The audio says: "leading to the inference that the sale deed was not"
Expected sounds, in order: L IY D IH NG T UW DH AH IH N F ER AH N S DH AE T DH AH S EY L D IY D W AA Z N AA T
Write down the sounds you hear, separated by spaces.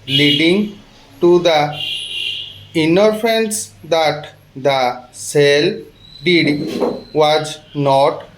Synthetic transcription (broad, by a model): L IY D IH NG T UW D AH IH N ER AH N S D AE T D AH S EY L D IY D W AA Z N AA T